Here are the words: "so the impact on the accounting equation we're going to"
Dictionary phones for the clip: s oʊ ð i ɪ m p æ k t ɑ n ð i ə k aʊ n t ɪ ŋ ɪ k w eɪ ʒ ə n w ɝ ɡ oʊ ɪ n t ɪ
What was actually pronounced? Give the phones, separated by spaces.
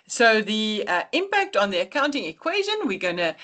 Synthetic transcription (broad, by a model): s oʊ ð i ɪ m p æ k t n ð i ə k aʊ n t ɪ ŋ ɪ k w eɪ ʒ ə n w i ɡ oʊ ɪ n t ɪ